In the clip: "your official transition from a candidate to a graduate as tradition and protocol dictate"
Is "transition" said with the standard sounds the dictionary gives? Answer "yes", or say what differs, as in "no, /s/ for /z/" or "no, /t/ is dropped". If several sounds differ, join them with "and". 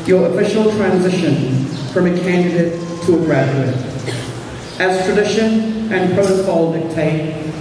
yes